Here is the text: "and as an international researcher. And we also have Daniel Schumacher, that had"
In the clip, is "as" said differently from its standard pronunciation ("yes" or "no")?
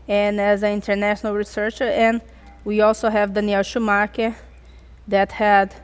no